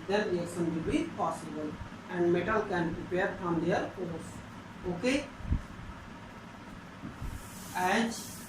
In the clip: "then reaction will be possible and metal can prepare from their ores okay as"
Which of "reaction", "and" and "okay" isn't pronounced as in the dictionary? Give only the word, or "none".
reaction